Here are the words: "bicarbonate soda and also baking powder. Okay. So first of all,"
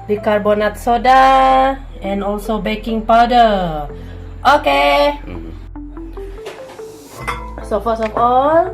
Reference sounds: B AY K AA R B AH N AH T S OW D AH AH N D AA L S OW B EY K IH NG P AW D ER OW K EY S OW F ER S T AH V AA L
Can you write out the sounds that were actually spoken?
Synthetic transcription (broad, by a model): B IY K AA R B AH N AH T S OW D AH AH N AA L S OW B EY K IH NG P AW D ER OW K EY S OW F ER S AH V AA L